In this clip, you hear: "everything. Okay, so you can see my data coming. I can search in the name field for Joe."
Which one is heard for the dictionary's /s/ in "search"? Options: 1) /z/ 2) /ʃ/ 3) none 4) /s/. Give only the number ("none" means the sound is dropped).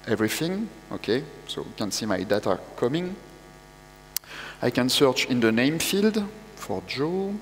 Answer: 4